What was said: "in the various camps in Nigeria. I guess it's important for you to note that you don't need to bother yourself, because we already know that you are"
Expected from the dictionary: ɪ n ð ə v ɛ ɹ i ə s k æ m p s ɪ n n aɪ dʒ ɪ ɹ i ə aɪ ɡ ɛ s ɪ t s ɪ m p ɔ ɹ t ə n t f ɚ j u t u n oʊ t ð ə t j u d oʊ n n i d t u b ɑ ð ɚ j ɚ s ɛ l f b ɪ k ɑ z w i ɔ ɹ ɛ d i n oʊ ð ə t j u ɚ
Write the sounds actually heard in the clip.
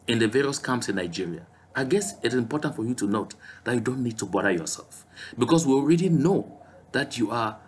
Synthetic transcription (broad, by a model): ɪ n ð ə v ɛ ɹ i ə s k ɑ m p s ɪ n n aɪ dʒ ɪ ɹ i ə aɪ ɡ ɛ s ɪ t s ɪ m p ɔ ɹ t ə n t f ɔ j u t u n oʊ t ð ə t j u d oʊ n n i d t u b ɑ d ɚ j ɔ s ɛ l f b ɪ k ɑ s w i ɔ ɹ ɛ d i n oʊ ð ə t j u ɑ